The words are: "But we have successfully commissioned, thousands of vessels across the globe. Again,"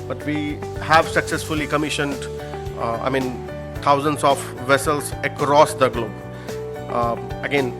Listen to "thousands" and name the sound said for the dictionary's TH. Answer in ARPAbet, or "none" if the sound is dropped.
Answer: T